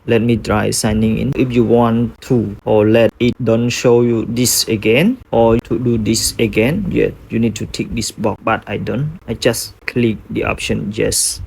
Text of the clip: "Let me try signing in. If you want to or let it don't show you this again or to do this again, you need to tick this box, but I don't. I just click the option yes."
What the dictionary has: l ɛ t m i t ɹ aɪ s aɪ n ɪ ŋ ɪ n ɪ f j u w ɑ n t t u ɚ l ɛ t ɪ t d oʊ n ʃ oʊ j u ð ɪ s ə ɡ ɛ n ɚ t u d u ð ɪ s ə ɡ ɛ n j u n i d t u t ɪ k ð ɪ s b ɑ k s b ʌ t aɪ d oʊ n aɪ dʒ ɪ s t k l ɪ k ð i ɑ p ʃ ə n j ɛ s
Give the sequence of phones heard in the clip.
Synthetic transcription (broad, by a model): l ɛ t m i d ɹ aɪ s aɪ n ɪ ŋ ɪ n ɪ f j u w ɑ n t t u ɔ l ɛ t ɪ t d oʊ n ʃ oʊ j u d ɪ s ə ɡ ɛ n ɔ t u d u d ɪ s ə ɡ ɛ n j u n i d t u t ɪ k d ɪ s b ɑ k b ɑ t aɪ d oʊ n aɪ dʒ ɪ s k l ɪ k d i ɑ p ʃ ə n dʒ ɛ s